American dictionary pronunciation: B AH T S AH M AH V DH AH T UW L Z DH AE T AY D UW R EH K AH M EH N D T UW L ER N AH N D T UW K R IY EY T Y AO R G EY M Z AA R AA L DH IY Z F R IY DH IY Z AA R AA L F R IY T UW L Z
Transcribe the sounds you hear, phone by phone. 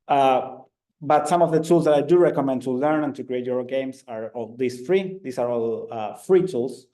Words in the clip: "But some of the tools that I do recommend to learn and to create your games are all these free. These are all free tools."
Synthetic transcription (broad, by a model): B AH T S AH M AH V DH AH T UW L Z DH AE T AY D UW R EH K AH M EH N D T UW L ER N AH N T UW K R IY EY T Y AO R G EY M S AA R AA L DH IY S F R IY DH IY S AA R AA L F R IY T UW L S